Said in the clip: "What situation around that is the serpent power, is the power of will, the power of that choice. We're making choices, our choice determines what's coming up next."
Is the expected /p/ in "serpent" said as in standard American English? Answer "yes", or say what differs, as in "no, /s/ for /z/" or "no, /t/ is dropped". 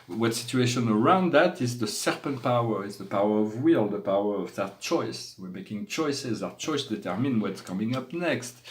yes